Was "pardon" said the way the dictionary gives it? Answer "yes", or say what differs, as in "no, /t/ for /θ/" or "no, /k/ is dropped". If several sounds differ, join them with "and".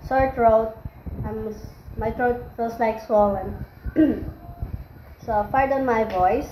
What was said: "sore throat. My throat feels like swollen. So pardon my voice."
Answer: no, /f/ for /p/